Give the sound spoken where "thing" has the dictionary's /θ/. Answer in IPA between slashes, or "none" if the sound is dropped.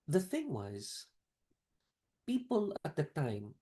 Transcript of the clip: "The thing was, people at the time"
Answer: /θ/